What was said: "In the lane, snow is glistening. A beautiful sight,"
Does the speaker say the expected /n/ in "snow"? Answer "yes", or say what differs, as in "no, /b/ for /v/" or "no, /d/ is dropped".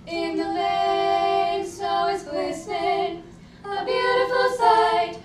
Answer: no, /n/ is dropped